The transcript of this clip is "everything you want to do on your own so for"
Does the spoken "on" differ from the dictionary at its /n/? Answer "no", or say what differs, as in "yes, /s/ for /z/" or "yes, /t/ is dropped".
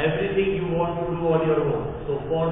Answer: yes, /l/ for /n/